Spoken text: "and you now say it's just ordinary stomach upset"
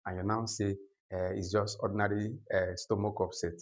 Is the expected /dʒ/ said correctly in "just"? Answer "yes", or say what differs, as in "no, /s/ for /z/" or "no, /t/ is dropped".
yes